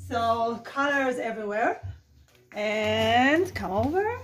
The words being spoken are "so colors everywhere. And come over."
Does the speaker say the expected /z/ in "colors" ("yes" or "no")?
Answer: yes